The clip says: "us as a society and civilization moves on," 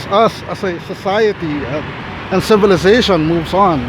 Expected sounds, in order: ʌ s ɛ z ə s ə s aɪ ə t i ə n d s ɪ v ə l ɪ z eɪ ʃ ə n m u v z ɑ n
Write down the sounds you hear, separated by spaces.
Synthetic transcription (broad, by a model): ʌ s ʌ s ə s ə s aɪ ə t i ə n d s ɪ v ə l ɪ z eɪ ʃ ə n m u v z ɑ n